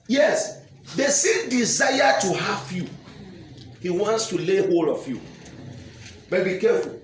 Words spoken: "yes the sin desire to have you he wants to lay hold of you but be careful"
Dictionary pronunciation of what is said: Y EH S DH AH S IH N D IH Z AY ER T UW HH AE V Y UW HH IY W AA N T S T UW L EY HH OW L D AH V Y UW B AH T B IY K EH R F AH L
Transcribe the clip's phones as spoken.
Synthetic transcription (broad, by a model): Y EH S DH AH S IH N D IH Z AY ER T UW HH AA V Y UW HH IY W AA N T S T UW L EY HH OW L AH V Y UW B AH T B IY K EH F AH L